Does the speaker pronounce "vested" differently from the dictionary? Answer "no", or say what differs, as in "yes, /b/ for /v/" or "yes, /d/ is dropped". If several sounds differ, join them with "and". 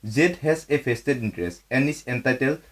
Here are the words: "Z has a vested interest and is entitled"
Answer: yes, /p/ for /v/